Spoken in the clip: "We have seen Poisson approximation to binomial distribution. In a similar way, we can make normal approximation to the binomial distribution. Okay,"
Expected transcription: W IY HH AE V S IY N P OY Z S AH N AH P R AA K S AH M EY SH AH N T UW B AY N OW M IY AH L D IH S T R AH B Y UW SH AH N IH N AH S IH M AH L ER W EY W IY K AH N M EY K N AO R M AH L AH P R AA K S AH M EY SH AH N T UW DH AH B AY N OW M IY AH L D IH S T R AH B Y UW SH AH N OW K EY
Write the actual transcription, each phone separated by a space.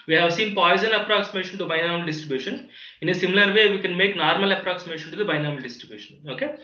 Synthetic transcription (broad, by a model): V IY HH AE V S IY N P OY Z AH N AH P R AA K S AH M EY SH AH N T UW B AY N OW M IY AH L D IH S T R AH B Y UW SH AH N IH N AH S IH M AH L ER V EY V IY K AH N M EY K N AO R M AH L AH P R AA K S AH M EY SH AH N T UW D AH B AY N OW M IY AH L D IH S T R AH B Y UW SH AH N OW K EY